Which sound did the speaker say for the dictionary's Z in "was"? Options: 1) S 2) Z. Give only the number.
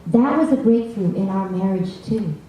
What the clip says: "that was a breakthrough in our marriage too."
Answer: 2